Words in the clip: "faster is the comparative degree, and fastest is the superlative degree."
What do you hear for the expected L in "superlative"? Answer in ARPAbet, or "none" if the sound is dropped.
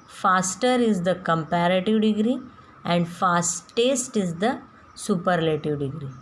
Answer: L